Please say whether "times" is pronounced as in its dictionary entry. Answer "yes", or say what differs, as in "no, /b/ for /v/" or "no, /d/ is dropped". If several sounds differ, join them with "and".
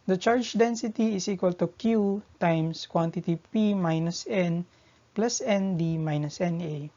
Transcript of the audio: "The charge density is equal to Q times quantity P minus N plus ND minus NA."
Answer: no, /s/ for /z/